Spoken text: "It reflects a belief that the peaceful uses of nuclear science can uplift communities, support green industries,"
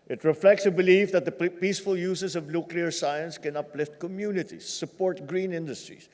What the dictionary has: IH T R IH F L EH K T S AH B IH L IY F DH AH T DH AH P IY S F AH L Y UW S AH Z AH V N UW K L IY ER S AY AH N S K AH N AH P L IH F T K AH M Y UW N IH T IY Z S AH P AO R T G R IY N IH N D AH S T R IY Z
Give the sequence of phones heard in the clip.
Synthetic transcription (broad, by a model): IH T R IH F L EH K T S AH B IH L IY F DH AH T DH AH P IY S F AH L Y UW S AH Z AH V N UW K L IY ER S AY AH N S K AH N AH P L IH F T K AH M Y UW N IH T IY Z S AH P AO R T G R IY N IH N D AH S T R IY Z